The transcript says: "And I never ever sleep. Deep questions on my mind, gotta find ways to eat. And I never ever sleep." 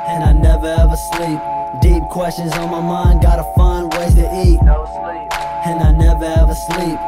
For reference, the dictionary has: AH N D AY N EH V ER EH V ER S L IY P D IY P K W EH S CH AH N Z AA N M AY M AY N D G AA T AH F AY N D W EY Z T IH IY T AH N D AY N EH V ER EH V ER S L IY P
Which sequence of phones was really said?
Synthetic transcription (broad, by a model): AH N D AY N EH V ER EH V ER S L IY P D IY P K W EH S CH AH N Z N M AY M AY N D G AA T AH F AY N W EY T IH IY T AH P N AY N EH V ER EH V ER S L IY P